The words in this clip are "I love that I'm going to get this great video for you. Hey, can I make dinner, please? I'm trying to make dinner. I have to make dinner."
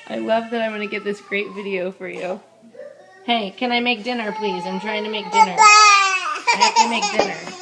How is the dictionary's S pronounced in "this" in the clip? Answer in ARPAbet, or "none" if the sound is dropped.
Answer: S